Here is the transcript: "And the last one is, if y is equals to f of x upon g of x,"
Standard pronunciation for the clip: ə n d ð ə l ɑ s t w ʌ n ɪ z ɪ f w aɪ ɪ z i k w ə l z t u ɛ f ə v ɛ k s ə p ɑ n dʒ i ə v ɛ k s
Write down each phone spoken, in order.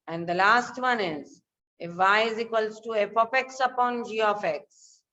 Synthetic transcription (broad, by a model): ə n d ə l ɑ s t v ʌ n ɪ z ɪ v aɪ ɪ z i k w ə l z t u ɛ p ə p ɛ k s ə p ɑ n dʒ i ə f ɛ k s